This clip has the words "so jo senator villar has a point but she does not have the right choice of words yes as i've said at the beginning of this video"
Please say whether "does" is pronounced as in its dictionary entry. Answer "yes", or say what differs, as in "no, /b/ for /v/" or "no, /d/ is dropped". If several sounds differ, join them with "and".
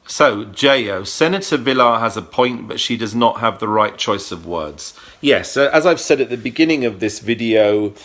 yes